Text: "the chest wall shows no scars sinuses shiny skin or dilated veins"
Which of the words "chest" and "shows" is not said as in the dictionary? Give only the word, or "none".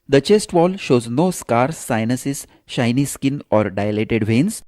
none